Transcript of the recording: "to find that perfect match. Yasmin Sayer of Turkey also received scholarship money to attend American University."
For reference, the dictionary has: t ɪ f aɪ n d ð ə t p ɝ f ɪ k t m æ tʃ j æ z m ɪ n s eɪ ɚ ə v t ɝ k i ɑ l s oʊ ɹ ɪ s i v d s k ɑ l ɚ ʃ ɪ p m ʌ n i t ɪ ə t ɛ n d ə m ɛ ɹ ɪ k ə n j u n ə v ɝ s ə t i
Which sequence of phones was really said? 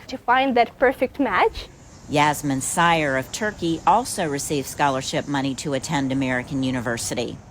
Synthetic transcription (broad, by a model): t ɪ f aɪ n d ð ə t p ɝ f ɪ k t m æ tʃ j æ z m ɪ n s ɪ ɚ ə v t ɝ k i ɑ l s oʊ ɹ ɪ s i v s k ɑ l ɚ ʃ ɪ p m ʌ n i t ɪ ə t ɛ n d ə m ɛ ɹ ɪ k ə n j u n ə v ɝ s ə t i